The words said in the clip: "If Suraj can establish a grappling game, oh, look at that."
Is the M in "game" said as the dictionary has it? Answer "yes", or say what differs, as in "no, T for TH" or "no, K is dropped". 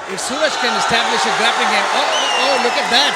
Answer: no, M is dropped